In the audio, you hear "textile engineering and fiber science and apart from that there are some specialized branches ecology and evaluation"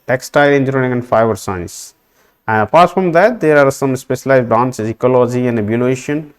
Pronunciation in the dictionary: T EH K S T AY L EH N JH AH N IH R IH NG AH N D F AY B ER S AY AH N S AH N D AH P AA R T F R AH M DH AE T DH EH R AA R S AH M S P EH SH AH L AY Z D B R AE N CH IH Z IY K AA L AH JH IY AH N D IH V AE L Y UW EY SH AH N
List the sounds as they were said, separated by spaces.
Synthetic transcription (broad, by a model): T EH K S T AY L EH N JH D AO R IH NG AH N D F AY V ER S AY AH N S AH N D AH P AA R T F R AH M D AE T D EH R AA R S AH M S P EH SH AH L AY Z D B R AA N S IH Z IY K AA L AH JH IY AH N D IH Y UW L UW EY SH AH N